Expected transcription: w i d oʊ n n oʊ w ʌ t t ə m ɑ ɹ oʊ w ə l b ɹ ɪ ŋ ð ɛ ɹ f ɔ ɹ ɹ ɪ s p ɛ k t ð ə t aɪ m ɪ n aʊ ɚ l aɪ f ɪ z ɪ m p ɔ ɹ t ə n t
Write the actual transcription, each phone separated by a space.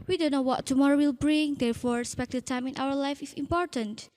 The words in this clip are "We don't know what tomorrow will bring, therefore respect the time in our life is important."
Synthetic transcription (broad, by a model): w i d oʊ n n oʊ w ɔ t t ə m ɑ ɹ oʊ w ə l b ɹ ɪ ŋ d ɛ ɹ f ɔ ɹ ɹ ɪ s p ɛ k t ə t aɪ m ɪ n aʊ ɚ l aɪ f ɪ s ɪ m p ɔ ɹ t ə n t